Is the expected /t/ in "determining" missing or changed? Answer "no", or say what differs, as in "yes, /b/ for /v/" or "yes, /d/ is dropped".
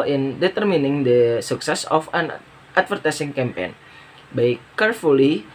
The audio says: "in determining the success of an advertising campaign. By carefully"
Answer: no